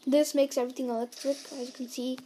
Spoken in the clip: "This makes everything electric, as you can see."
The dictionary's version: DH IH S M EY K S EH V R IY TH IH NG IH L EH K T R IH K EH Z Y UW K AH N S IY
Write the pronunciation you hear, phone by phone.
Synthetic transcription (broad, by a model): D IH S M EY K S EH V R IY T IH NG IH L EH K T R IH K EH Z Y UW K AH N S IY